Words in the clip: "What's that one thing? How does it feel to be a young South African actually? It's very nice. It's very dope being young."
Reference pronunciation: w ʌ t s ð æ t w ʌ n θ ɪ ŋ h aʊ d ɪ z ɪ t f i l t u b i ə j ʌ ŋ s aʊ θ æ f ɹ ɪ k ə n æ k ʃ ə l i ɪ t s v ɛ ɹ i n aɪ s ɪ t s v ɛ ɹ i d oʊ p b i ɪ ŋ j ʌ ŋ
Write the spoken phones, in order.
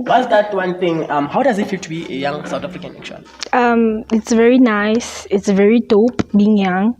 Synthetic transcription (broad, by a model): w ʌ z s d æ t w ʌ n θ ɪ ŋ h aʊ d ɪ z ɪ t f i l t u b i ə j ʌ ŋ s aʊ t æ f ɹ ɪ k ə n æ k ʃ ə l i ɪ t s v ɛ ɹ i n aɪ s ɪ t s v ɛ ɹ i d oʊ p b i ɪ ŋ j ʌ ŋ